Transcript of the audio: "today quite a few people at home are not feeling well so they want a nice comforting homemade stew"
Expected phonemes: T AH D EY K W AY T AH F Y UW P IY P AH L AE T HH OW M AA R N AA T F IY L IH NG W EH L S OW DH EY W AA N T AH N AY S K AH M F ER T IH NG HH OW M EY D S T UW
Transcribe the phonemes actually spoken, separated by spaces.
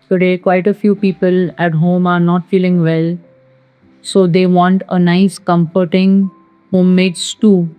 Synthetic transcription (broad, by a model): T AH D EY K W AY T AH F Y UW P IY P AH L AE T HH OW M AA R N AA T F IY L IH NG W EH L S OW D EY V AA N T AH N AY S K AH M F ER T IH NG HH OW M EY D S T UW